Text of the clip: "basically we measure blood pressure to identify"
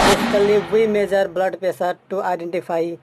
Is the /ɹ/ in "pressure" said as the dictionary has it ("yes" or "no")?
no